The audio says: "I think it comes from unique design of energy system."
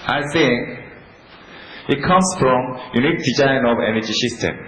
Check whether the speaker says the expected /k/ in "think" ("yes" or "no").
no